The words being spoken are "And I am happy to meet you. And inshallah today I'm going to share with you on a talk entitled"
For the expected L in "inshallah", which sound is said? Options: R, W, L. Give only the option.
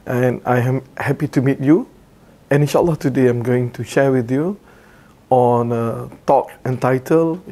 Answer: L